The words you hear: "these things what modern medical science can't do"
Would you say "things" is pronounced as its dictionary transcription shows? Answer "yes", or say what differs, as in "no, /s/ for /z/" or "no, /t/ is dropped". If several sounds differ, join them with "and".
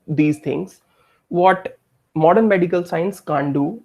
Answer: no, /t/ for /θ/